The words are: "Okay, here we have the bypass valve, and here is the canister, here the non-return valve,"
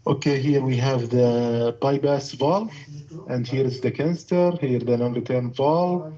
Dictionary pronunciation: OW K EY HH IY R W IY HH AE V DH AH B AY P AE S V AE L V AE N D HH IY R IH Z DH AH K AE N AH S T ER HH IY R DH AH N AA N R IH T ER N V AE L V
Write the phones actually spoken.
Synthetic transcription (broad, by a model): OW K EY HH IY R W IY HH AE V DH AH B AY B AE S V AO L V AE N D HH IY R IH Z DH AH K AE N S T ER HH IY R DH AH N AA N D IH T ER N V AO L